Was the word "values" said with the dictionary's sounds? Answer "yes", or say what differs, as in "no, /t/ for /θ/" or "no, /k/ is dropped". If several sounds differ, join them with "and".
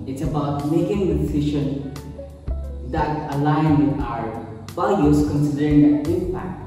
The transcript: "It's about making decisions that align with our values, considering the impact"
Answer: no, /b/ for /v/ and /l/ is dropped